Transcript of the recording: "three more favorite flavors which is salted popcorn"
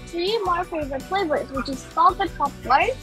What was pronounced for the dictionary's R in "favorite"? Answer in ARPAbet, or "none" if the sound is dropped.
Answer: none